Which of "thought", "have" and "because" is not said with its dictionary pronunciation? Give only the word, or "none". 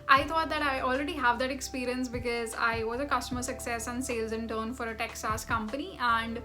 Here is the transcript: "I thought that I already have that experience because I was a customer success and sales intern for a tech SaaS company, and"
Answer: thought